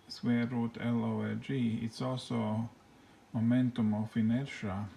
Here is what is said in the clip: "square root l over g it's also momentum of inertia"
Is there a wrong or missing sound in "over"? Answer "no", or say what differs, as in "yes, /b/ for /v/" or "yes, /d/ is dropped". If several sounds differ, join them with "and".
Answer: yes, /v/ is dropped